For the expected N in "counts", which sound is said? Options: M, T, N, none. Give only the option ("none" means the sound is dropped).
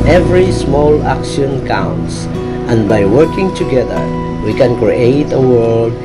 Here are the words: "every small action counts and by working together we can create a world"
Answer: N